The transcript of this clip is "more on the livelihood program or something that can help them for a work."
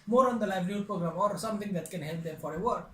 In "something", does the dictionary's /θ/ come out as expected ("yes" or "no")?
no